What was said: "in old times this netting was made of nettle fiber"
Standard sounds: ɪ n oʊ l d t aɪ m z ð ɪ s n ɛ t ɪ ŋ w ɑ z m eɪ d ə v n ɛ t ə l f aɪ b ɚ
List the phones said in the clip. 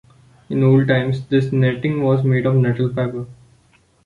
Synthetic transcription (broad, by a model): ɪ n oʊ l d t aɪ m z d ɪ s n ɛ t ɪ ŋ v ɑ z m eɪ d ə v n ɛ t ə l p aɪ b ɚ